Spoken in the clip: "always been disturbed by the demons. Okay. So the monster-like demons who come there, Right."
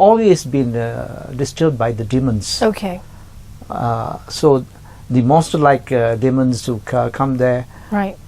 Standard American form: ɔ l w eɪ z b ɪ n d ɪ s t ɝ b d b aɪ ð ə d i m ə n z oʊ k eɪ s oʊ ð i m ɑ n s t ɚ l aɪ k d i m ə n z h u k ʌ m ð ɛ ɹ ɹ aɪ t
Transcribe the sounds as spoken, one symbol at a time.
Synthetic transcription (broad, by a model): ɔ l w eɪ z b ɪ n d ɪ s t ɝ d b aɪ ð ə d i m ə n s oʊ k eɪ s oʊ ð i m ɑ s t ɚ l aɪ k d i m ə n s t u k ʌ m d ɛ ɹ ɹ aɪ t